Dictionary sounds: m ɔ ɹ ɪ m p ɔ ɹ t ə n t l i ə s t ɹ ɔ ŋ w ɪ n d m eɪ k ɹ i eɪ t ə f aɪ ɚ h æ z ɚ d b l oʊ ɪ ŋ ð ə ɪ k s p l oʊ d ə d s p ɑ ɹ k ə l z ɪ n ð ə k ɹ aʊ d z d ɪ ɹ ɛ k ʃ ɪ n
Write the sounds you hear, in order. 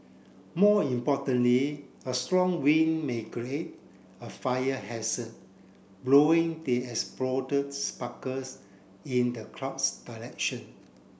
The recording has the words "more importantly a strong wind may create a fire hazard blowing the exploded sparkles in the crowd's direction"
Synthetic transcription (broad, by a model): m ɔ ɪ m p ɔ t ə n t l i ə s t ɹ ɔ ŋ w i n m eɪ k ɹ i eɪ t ə f aɪ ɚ h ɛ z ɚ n b l oʊ ɪ ŋ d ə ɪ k s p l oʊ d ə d s p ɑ k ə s ɪ n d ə k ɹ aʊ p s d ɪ l ɛ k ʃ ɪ n